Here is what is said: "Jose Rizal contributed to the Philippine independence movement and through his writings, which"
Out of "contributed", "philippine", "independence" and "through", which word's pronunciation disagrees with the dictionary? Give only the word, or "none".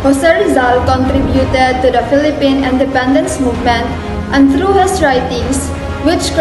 through